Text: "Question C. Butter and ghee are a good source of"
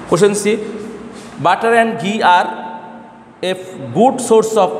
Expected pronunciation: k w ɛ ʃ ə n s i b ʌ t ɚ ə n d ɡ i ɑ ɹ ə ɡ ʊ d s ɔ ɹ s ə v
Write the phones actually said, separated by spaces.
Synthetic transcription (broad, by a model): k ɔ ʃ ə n s i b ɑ t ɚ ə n ɡ i ɑ ɹ ə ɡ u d s ɔ ɹ s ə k